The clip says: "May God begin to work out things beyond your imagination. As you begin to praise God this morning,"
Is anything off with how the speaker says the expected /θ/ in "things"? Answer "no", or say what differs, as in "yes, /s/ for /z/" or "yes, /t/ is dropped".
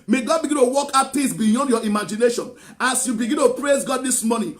yes, /t/ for /θ/